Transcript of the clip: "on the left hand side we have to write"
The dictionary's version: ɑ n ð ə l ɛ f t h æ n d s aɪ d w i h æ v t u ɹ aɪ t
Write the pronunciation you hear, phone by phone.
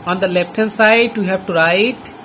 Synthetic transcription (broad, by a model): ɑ n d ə l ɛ p t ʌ n s aɪ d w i h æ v t u ɹ aɪ t